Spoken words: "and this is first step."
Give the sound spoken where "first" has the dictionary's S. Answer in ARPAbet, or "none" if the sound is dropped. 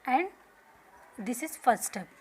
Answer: none